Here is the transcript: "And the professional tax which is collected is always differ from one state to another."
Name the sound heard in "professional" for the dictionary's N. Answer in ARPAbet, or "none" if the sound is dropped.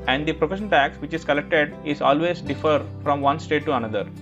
none